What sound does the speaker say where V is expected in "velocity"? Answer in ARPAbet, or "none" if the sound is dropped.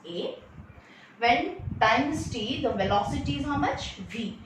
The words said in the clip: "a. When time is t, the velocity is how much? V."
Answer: V